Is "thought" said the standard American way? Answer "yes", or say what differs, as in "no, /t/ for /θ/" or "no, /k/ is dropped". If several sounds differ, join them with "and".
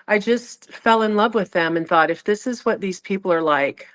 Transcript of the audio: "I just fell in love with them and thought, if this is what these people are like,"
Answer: yes